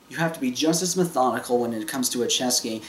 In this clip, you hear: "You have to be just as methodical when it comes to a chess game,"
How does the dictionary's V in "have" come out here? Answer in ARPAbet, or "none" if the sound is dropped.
F